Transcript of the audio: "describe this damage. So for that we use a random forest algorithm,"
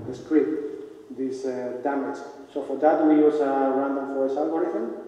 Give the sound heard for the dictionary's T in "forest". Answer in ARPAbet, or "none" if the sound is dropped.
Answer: none